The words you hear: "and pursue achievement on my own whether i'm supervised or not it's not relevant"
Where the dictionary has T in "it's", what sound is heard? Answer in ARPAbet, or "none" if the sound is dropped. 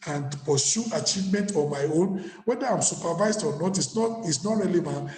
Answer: S